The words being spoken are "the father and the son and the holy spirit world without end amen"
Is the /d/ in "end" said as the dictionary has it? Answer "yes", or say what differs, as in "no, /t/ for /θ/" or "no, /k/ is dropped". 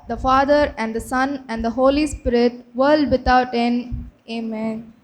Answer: no, /d/ is dropped